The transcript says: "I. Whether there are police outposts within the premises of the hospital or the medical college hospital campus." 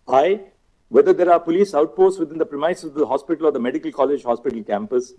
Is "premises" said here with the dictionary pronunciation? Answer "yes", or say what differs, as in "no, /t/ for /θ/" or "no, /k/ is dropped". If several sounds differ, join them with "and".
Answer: no, /s/ is dropped and /s/ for /z/